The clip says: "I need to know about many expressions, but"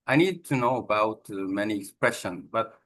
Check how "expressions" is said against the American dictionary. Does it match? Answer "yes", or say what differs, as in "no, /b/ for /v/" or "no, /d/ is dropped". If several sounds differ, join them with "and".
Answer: no, /z/ is dropped